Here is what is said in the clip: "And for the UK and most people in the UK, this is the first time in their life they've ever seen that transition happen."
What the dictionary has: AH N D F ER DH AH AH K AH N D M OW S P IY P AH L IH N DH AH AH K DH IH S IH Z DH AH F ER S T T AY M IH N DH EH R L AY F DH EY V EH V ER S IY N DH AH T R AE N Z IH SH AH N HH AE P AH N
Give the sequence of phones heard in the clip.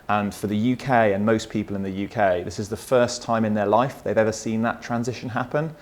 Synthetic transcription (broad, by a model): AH N F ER DH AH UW K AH N M OW S P IY P AH L IH N DH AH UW K DH IH S IH Z DH AH F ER S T T AY M IH N DH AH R L AY F DH EY V EH V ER S IY N DH AH T R AE N Z IH SH AH N HH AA P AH N